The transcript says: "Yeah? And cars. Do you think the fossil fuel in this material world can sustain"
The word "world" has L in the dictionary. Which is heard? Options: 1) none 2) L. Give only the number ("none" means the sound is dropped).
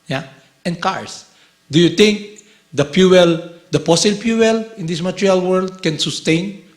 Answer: 2